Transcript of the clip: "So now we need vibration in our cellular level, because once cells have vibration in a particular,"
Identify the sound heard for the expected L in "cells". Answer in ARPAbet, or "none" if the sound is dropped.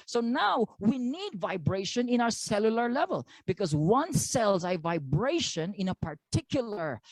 L